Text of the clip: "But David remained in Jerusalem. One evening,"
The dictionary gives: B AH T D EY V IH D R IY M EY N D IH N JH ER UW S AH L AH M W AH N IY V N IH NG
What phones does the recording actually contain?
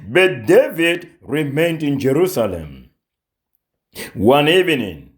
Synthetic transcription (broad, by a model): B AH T D EY V IH D R IY M EY N D IH N JH ER UW S AH L AH M W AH N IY V N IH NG